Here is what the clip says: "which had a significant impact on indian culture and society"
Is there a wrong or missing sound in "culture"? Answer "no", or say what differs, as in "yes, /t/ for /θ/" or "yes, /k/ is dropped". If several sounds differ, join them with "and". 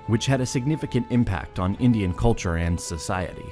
no